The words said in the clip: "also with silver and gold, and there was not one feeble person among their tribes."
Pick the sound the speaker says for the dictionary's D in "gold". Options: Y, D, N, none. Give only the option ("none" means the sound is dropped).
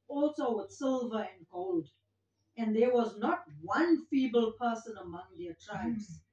D